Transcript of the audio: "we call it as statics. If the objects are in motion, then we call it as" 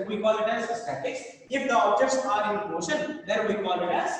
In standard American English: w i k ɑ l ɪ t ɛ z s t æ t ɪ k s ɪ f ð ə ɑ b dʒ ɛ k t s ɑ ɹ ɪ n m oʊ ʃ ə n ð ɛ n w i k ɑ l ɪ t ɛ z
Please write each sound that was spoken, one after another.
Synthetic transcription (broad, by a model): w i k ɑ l ɪ t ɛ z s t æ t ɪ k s ɪ f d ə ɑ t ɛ t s ɑ ɹ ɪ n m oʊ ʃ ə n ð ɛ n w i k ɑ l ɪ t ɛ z